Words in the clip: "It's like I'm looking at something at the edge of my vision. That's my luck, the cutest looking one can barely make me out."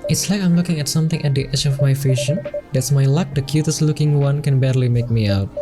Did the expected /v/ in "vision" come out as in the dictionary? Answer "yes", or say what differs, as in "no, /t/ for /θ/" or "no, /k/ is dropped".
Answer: no, /f/ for /v/